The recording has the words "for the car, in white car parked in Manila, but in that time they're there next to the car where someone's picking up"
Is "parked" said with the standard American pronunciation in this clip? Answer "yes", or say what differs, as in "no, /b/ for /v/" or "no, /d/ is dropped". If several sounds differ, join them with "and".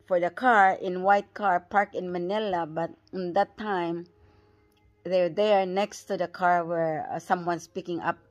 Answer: no, /t/ is dropped